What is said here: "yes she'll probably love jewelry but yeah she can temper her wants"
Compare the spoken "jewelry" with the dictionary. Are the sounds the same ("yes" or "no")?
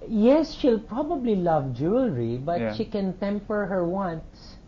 yes